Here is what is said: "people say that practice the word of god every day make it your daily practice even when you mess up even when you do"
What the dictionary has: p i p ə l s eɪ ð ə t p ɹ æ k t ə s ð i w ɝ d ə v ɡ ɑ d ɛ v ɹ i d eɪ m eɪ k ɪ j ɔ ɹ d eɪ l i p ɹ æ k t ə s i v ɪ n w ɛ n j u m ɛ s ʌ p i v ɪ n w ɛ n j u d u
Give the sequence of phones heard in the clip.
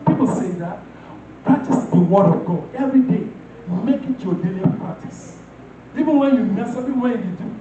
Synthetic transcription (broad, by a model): p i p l s eɪ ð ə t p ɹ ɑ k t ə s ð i w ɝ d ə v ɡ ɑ ɛ v ɹ i d eɪ m eɪ k ɪ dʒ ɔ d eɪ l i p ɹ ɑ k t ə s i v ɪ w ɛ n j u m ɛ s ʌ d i w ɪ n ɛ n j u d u